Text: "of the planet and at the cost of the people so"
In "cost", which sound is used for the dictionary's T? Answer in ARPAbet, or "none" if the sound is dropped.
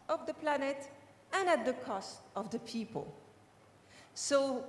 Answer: T